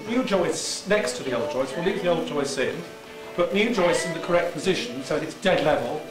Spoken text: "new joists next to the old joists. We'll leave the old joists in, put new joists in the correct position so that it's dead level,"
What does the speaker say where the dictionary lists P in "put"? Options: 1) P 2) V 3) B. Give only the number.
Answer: 3